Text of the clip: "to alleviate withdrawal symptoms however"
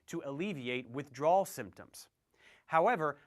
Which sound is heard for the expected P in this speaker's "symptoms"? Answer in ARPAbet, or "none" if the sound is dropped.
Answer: P